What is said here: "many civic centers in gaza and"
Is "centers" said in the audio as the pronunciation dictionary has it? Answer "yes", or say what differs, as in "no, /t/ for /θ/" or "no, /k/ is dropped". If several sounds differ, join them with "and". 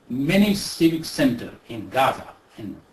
no, /z/ is dropped